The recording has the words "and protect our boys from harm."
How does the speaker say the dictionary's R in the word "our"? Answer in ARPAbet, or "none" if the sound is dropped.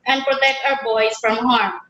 W